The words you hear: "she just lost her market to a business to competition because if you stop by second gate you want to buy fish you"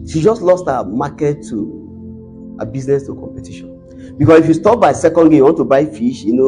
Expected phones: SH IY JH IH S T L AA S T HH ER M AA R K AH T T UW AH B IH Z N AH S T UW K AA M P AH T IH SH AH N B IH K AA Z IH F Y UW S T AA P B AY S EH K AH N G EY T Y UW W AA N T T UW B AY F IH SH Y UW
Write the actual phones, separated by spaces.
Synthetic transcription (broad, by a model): SH IY JH IH S T L AA S T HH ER M AA K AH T T UW AH B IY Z N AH S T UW K AA M P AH T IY SH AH N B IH K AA S IH F Y UW S T AA P B AY S EH K AH N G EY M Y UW W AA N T T UW B AY F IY SH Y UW